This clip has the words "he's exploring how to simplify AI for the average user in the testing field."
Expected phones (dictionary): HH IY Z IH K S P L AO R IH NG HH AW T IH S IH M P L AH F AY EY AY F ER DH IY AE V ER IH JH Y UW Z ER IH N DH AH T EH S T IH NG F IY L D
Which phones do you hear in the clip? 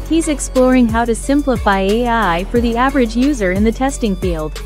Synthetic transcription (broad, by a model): HH IY Z IH K S P L AO R IH NG HH AW T IH S IH M P L AH F AY EY AY F ER DH IY AE V ER IH JH Y UW Z ER IH N DH AH T EH S T IH NG F IY L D